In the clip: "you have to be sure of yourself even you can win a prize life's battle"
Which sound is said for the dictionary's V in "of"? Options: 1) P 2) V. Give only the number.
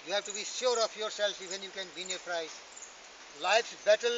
1